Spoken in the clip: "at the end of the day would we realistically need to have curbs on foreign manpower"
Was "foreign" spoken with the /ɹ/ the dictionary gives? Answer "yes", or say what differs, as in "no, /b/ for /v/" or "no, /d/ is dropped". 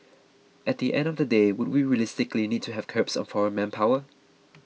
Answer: yes